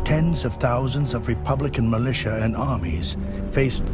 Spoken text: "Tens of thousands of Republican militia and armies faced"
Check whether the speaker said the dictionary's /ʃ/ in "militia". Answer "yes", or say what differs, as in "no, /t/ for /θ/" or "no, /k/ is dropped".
yes